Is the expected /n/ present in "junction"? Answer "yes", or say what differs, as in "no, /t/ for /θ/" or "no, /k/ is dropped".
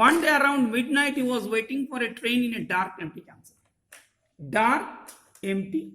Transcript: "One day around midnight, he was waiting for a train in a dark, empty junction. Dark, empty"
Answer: no, /l/ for /n/